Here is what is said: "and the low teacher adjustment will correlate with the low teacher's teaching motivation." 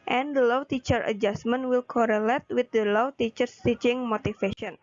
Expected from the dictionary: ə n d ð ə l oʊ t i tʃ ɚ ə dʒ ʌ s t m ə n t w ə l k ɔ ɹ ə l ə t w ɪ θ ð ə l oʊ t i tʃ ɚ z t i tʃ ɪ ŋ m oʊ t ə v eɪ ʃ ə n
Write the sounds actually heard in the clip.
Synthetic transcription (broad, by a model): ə n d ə l oʊ t i tʃ ɚ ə dʒ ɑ s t m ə n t w ə l k ɔ ɹ ə l ə t w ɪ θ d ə l oʊ t i tʃ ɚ s t i tʃ ɪ ŋ m oʊ t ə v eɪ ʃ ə n